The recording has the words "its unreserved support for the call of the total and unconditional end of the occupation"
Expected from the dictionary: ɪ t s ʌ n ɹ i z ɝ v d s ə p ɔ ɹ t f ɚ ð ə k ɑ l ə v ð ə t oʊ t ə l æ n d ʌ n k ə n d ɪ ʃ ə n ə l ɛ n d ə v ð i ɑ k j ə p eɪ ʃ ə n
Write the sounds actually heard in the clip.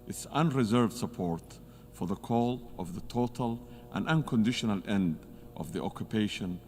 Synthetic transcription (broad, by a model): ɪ t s ʌ n ɹ i z ɝ v d s ə p ɔ ɹ t f ɚ ð ə k ɑ l ə v ð ə t oʊ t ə l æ n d ʌ n k ə n d ɪ ʃ ə n ə l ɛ n d ə v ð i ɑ k j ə p eɪ ʃ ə n